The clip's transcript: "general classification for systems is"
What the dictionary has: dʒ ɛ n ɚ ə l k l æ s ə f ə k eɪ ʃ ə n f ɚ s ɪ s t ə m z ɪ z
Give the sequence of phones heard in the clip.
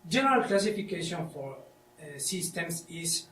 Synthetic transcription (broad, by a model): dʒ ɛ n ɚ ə l k l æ s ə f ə k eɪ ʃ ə n f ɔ s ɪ s t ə m s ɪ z